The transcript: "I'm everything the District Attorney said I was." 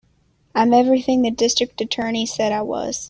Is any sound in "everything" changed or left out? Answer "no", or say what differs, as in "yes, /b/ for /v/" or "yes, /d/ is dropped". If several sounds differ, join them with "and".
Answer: no